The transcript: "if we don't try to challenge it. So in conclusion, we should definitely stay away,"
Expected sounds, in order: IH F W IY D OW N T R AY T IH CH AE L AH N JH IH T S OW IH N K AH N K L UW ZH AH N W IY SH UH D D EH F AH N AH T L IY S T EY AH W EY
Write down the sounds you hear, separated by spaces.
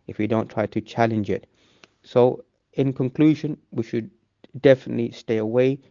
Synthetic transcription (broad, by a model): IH F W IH D OW N T R AY T IH CH AE L AH N JH IH T S OW IH N K AH N K L UW ZH AH N W IY SH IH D D EH F AH N AH T L IY S T EY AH W EY